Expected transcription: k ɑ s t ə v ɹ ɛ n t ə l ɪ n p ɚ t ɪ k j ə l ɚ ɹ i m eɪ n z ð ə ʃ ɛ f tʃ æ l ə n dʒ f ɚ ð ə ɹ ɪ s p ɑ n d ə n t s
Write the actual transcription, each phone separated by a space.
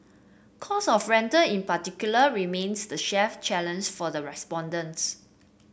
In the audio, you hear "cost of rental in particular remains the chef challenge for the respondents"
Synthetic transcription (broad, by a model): k ɑ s ə f ɹ ɛ n t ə ɪ n p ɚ t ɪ k j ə l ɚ ɹ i m eɪ n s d ə ʃ ɛ f tʃ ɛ l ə n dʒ f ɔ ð ə ɹ ɪ s p ɑ n d ə n t s